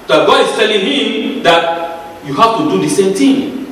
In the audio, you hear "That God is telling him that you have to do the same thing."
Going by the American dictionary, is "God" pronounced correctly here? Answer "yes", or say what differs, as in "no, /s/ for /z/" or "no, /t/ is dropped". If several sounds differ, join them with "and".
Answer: no, /d/ is dropped